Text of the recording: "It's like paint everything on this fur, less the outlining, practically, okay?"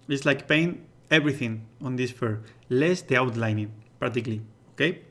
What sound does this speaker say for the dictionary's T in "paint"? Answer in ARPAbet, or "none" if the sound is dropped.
none